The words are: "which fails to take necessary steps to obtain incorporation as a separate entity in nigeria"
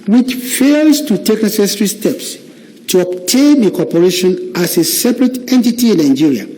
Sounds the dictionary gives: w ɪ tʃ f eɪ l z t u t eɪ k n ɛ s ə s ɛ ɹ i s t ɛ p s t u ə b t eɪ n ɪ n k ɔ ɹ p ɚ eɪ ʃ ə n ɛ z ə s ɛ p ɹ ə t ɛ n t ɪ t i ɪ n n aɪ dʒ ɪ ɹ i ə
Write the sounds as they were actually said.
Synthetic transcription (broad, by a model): w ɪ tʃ f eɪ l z t u t eɪ k n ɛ s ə s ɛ ɹ i s t ɛ p s t u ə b t eɪ n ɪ k ɔ p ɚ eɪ ʃ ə n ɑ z ə s ɛ p ɹ ə t ɛ n t ɪ t i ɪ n n aɪ dʒ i ɹ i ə